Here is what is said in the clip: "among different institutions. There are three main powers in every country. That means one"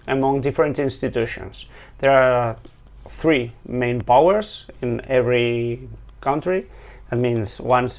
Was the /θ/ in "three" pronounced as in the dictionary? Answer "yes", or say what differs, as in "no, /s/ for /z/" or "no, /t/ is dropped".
yes